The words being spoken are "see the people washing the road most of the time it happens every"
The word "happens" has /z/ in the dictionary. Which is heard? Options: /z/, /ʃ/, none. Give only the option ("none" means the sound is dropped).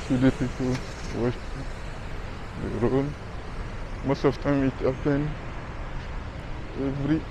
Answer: none